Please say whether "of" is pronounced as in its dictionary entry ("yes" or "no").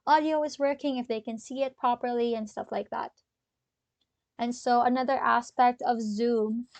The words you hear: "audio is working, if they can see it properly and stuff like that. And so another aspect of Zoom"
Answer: yes